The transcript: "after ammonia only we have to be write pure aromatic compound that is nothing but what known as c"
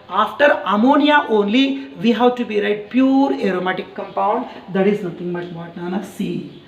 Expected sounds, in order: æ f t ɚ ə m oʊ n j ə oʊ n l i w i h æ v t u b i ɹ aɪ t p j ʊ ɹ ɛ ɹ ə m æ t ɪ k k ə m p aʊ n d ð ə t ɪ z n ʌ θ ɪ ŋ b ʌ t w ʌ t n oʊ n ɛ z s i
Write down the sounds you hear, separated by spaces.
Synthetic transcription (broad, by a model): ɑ f t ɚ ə m oʊ n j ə oʊ n l i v i h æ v t u b i ɹ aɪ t p j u ɹ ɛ ɹ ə m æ t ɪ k k ə m p aʊ n d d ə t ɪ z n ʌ t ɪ ŋ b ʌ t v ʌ t n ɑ n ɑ s i